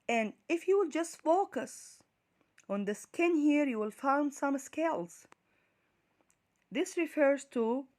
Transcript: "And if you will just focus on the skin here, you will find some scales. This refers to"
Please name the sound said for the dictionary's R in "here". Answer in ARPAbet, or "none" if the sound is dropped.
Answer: R